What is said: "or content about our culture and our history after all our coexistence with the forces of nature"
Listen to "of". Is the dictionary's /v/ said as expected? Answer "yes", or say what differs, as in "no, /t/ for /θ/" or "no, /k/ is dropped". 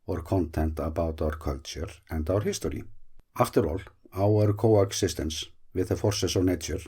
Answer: no, /w/ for /v/